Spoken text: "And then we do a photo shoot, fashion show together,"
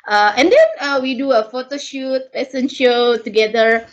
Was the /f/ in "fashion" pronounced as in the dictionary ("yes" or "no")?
no